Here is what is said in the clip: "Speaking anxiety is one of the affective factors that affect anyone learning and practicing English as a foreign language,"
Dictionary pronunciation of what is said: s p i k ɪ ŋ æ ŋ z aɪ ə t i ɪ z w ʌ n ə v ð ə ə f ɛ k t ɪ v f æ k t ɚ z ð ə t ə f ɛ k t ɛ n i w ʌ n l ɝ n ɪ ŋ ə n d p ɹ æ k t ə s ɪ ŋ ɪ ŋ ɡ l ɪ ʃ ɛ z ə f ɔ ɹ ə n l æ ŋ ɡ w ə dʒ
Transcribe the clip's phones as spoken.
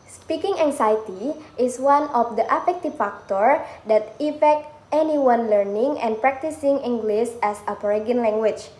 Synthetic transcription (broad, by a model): s p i k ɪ ŋ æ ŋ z aɪ t i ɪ s w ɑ n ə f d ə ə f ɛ k t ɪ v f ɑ k t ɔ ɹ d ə t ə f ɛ k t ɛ n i w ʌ n l ɝ n ɪ ŋ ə n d p ɹ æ k t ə s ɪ ŋ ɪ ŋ ɡ l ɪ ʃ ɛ s ə p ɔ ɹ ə n l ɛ ŋ ɡ w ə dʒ